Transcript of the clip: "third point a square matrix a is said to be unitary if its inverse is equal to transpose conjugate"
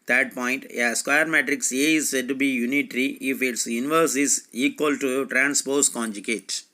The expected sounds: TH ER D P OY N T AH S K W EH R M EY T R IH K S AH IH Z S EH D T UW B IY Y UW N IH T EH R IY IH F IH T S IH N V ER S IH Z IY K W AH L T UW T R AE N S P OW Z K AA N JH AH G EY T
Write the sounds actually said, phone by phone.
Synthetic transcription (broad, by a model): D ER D P OY N T AH S K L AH R M EY T R IH K S AH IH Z S EH D T UW B IY Y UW N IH T R IY IH F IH T S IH N V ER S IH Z IY K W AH L T UW T R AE N S P OW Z K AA N JH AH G EY T